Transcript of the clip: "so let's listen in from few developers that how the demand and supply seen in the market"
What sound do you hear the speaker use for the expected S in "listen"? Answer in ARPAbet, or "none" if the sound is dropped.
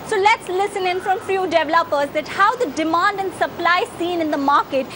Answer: S